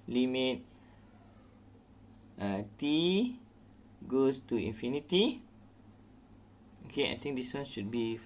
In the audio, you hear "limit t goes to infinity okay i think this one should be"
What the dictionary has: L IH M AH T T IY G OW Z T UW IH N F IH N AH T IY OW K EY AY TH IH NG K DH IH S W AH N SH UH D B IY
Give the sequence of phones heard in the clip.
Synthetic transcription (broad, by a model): L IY M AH T T IY G OW S T UW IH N F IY N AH T IY OW K EY AY T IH NG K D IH S W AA N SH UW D B IY